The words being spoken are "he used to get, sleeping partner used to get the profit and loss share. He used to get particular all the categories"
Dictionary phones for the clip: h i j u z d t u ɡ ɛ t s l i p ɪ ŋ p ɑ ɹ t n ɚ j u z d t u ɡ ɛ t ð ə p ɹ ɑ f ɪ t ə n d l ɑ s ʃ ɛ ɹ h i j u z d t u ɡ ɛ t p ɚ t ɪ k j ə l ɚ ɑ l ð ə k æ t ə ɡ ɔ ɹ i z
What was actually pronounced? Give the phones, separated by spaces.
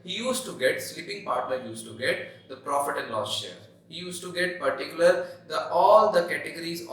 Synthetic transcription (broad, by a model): h i j u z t t u ɡ ɛ t s l i p ɪ ŋ p ɑ ɹ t l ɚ j u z t u ɡ ɛ t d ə p ɹ ɑ f ɪ t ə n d l ɑ s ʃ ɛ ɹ h i j u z t u ɡ ɛ t p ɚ t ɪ k j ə l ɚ ɑ l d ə k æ t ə ɡ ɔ ɹ i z